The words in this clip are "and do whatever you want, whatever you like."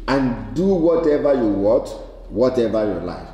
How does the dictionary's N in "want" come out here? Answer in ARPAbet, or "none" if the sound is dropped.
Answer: none